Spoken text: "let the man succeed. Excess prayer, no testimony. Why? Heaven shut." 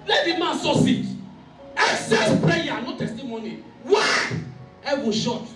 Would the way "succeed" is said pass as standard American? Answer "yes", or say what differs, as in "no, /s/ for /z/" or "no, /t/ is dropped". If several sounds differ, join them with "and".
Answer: no, /k/ is dropped